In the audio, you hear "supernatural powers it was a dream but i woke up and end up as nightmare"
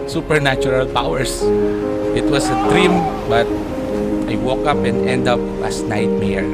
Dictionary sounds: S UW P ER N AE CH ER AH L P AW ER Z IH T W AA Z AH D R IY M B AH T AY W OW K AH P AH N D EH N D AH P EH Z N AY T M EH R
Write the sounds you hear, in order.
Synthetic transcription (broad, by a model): S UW P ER N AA CH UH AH L P AW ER S IH T W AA S AH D R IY M B AH T AY W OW K AH P AH N D EH N D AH P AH S N AY T M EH R